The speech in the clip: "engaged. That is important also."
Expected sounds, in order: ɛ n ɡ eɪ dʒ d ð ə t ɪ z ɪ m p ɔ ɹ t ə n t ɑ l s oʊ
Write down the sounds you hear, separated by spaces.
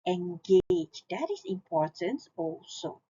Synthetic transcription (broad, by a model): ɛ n ɡ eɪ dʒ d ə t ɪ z ɪ m p ɔ ɹ t ə n t ɑ l s oʊ